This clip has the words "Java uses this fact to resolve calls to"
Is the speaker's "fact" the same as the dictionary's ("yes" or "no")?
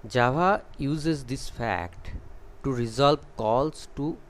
yes